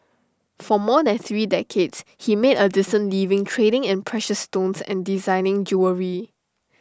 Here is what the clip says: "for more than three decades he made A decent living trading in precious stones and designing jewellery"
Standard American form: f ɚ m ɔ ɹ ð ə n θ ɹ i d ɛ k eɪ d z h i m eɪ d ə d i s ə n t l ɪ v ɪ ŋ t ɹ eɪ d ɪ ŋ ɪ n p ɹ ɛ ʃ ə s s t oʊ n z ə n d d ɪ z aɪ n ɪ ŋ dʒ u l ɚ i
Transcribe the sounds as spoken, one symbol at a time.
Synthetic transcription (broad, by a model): f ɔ m ɔ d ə n θ ɹ i d ɛ k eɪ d s h i m eɪ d ə d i s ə n l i v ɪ ŋ t ɹ eɪ d ɪ ŋ ɪ n p ɹ ɛ ʃ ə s s t oʊ n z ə n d d ɪ z aɪ n ɪ ŋ dʒ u ɚ i